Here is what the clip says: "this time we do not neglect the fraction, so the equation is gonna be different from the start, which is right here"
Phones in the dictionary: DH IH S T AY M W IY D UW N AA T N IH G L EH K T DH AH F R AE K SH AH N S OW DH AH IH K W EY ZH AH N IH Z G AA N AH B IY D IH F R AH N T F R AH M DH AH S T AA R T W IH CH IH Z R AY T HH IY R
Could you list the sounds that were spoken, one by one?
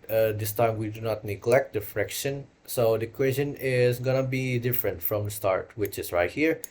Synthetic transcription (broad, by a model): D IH S T AY M W IY D UW N AA T N IH G L EH K T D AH F R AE K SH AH N S OW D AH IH K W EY S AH N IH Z G AA N AH B IY D IH F R AH N T F R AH M S T AA R T W IH CH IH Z R AY T HH IY R